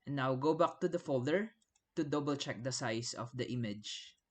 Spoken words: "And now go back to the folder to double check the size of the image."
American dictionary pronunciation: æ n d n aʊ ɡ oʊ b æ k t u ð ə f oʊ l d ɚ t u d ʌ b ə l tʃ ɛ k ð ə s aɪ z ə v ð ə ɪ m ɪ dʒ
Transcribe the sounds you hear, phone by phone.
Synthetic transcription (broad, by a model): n n aʊ ɡ oʊ b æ k t u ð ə f oʊ l d ɚ t u d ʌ b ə l tʃ ɛ k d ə s aɪ s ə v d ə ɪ m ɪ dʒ